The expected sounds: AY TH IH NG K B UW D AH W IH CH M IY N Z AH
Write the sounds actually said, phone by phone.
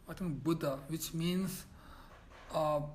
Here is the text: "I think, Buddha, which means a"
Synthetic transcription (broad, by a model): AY T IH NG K B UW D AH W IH CH M IY N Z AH